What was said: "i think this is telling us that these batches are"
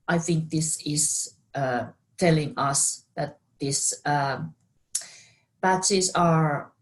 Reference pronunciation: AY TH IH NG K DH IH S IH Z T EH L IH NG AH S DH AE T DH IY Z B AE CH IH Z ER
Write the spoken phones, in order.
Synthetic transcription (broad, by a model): AY TH IH NG K DH IH S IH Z T EH L IH NG AH S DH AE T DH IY S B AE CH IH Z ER